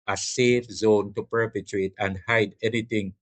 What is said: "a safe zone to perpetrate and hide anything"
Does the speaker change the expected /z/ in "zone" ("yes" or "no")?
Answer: no